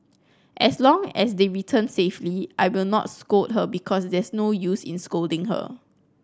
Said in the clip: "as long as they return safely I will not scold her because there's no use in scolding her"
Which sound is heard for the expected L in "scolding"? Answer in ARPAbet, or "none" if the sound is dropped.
L